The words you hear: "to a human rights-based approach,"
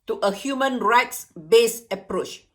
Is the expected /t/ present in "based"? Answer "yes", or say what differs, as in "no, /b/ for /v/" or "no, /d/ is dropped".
no, /t/ is dropped